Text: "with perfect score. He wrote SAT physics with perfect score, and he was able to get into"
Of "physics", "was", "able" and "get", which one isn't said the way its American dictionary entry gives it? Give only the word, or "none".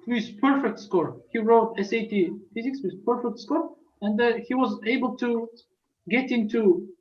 none